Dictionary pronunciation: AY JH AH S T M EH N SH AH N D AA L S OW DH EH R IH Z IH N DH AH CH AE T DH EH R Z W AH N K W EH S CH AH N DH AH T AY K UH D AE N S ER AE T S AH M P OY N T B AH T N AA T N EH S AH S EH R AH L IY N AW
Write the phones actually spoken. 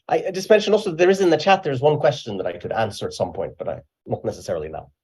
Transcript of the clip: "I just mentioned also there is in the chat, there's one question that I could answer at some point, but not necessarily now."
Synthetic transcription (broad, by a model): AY JH AH S T M EH N SH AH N AA L S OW DH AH R IH Z IH N DH AH CH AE T DH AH R Z W AH N K W EH S CH AH N DH AH T AY K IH D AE N S ER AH T S AH M P OY N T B AH T N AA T N EH S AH S EH R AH L IY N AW